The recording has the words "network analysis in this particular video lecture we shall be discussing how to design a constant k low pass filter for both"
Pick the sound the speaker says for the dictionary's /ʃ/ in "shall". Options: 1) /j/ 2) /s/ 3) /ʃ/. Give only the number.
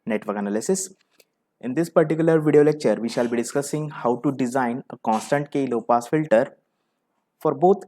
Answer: 3